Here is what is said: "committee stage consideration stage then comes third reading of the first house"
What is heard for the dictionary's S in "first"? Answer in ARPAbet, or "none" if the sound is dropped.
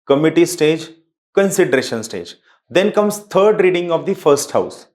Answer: S